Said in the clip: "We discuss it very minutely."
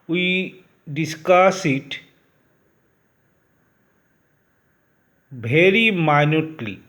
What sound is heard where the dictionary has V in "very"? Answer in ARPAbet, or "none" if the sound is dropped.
B